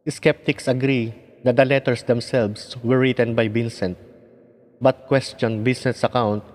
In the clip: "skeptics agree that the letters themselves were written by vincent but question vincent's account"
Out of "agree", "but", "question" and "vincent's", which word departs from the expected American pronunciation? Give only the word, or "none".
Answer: vincent's